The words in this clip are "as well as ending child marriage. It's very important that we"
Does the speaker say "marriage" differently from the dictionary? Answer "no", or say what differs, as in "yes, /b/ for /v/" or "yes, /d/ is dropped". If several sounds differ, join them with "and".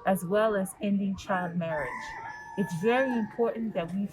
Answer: no